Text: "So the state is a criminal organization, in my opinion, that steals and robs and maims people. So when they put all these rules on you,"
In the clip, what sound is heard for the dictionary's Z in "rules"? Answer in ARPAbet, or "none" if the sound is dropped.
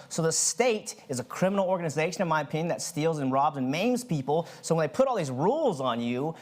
Z